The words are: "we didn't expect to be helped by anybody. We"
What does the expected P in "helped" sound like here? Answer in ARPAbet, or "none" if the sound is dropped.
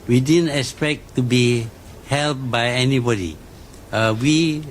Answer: none